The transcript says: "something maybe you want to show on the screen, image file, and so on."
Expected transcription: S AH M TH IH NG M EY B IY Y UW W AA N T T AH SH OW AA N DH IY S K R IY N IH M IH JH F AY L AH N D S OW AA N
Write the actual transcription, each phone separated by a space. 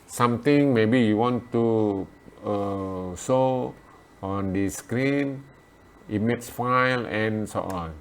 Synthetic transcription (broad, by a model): S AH M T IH NG M EY B IY Y UW W AA N T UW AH S OW AA N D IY S K R IY N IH M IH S F AY L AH N S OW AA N